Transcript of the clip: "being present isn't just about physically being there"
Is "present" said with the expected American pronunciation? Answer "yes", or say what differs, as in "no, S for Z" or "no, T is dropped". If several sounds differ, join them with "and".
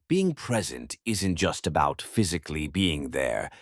yes